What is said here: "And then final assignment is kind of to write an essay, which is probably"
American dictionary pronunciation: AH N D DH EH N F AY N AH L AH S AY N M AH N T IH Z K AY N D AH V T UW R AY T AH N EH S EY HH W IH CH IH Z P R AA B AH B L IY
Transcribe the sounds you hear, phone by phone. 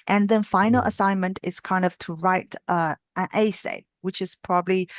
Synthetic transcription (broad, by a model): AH N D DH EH N F AY N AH L AH S AY N M AH N T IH S K AY N D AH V T UW R AY T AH N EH S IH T W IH CH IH S P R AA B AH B L IY